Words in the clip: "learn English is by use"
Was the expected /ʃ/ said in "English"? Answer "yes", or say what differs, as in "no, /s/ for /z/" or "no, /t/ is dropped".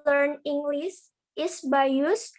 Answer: no, /s/ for /ʃ/